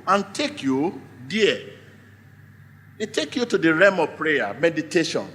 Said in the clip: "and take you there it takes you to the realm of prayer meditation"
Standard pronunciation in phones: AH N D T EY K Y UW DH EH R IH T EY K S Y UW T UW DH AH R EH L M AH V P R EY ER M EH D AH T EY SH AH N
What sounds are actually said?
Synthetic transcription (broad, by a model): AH N T EY K Y UW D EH IH T EY K Y UW T UW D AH R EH M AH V P R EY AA M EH D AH T EY SH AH N